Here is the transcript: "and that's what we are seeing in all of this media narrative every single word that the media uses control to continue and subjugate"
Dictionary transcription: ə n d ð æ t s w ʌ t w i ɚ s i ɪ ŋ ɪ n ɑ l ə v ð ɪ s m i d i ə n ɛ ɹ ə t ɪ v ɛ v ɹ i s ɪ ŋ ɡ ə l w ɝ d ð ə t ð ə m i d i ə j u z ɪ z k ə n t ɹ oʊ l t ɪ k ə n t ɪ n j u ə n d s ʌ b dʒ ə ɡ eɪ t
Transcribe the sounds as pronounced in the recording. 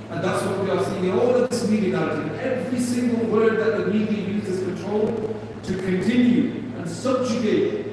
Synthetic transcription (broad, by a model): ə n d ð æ t s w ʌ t w i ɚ s i ɪ ŋ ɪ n ɑ l ə v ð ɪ s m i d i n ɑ ə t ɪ ɛ v ɹ i s ɪ ŋ ɡ ə l w ɝ d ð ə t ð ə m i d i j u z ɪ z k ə n t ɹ oʊ l t ɪ k ə n t ɪ n j u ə n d s ʌ b dʒ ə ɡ eɪ t